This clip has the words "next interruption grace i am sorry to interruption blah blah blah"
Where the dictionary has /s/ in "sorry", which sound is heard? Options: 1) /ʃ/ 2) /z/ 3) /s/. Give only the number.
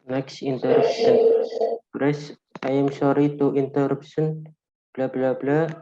1